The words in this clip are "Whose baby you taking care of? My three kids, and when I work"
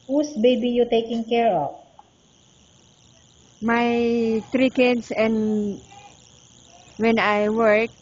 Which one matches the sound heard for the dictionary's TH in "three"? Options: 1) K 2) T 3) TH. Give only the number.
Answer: 2